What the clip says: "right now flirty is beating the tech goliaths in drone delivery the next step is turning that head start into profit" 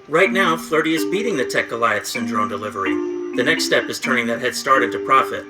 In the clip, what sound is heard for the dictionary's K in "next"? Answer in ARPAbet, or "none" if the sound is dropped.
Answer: K